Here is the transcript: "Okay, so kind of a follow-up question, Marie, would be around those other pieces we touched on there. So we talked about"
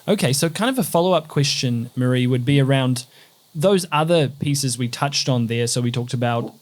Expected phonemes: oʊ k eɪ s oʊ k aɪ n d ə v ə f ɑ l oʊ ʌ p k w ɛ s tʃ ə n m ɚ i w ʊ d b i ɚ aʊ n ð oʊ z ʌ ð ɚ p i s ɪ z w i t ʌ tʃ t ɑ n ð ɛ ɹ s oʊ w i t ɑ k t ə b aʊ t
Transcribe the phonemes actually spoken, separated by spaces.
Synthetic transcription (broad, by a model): oʊ k eɪ s oʊ k aɪ n d ə v ə f ɑ l oʊ ʌ p k w ɛ s tʃ ə n m ɚ i w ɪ d b i ɚ aʊ n ð oʊ z ʌ ð ɚ p i s ɪ z w i t ʌ tʃ t n ð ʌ ɹ s oʊ w i t ɑ k t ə b aʊ t